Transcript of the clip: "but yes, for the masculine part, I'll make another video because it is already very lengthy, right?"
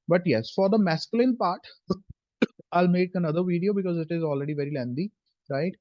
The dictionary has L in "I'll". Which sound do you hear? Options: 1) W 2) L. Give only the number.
2